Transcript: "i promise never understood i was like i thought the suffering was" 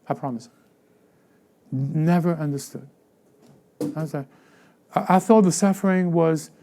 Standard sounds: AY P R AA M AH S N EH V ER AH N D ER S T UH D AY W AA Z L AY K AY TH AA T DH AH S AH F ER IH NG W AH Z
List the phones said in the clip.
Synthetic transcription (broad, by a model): AY P R AA M AH S N EH V ER AH N D ER S T UH D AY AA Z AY AY TH AA T DH AH S AH F ER IH NG W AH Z